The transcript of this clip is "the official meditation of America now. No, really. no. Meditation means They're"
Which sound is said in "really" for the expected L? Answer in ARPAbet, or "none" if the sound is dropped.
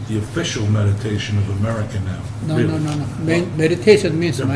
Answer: N